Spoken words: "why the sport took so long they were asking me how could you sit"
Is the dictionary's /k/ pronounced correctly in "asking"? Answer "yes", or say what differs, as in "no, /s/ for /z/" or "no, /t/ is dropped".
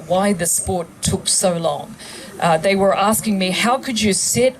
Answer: yes